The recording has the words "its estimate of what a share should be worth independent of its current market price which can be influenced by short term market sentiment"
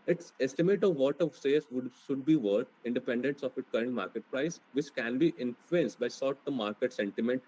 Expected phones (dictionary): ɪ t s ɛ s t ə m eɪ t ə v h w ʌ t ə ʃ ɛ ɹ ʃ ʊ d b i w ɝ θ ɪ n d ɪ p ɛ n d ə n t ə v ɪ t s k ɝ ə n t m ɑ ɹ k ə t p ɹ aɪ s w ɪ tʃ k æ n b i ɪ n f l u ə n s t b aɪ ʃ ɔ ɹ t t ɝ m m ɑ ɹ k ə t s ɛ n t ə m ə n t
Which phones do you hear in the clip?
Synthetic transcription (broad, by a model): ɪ t s ɛ s t ə m eɪ t ə v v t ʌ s ə s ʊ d ʃ ʊ d b i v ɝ t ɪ n d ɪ p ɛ n d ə n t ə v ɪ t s k ɝ ə n t m ɑ ɹ k ə t p ɹ aɪ s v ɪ tʃ k æ n b i ɪ n f l u ə n s t b aɪ s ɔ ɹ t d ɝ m m ɑ ɹ k ə t s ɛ n t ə m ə n t